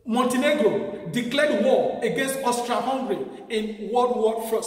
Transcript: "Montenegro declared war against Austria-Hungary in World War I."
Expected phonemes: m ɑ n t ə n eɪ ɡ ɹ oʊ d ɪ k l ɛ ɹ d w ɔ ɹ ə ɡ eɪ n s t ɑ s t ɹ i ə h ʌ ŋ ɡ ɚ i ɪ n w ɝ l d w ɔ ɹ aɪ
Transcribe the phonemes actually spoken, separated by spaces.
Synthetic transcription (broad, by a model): m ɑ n t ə n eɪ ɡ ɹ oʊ d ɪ k l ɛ d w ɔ ə ɡ eɪ n s t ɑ s t ɹ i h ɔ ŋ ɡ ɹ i ɪ n w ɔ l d w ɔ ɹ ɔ